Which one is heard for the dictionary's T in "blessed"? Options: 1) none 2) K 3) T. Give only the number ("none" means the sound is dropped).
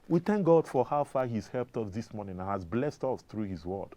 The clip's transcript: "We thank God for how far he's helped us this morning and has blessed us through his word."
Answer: 3